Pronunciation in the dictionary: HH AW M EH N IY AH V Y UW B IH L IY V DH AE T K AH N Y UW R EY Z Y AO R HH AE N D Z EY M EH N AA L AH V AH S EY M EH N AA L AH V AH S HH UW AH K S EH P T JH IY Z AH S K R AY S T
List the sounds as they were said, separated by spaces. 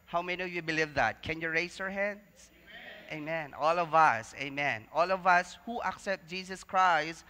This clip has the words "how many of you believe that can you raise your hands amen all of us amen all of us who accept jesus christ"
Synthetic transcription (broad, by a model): HH AW M EH N IY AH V Y UW B IH L IY V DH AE T K AH N Y UW R EY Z Y AO R HH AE N D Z EY M EH N AA L AH V AH S EY M EH N AA L AH V AH S HH UW AH K S EH P T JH IY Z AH S K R AY S T